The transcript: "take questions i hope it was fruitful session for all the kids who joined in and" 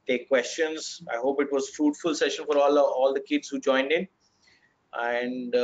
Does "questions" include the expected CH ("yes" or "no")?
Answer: yes